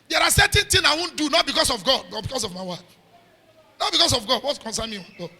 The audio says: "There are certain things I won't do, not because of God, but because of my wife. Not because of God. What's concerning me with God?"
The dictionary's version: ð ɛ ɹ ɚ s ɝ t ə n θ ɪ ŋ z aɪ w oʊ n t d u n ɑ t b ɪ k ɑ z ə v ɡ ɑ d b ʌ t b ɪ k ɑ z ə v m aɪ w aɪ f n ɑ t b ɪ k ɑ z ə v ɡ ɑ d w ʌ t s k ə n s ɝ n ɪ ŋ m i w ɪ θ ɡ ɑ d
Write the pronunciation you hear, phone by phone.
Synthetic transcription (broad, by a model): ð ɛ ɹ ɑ s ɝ t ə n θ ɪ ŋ aɪ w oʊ n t d u n ɑ t b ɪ k ɑ s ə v ɡ ɑ d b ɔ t b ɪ k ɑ s ə v m aɪ w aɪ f n ɑ t b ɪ k ɑ s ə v ɡ ɑ d w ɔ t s k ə n s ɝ n m i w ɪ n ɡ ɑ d